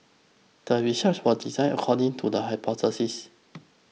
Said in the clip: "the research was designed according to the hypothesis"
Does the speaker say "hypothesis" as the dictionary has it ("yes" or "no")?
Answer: no